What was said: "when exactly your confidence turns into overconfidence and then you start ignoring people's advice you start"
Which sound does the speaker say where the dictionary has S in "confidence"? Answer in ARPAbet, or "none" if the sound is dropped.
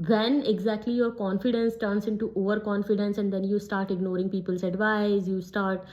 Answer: S